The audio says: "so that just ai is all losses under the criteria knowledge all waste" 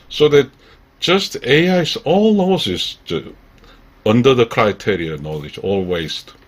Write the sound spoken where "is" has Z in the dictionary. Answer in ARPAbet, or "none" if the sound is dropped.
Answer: S